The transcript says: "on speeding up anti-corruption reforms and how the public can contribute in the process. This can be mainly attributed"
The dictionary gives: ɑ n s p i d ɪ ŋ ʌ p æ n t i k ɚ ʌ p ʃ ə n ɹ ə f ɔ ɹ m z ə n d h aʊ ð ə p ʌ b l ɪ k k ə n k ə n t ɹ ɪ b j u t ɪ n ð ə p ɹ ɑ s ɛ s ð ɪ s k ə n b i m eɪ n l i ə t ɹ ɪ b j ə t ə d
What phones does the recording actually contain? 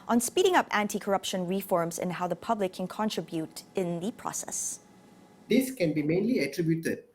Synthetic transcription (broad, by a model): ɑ n s p i d ɪ ŋ ʌ p æ n t i k ɚ ʌ p ʃ ə n ɹ ə f ɔ ɹ m z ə n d h aʊ ð ə p ʌ b l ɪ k k ə n k ə n t ɹ ɪ b j u t ɪ n ð ə p ɹ ɑ s ɛ s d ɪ s k ə n b i m eɪ n l i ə t ɹ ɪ b j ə t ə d